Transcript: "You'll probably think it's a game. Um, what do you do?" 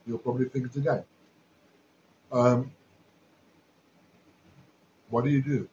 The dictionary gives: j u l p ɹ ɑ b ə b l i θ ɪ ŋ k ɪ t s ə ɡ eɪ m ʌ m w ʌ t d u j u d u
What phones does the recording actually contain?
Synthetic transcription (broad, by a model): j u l p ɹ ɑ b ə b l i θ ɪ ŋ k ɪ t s ə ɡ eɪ ʌ m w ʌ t d u j u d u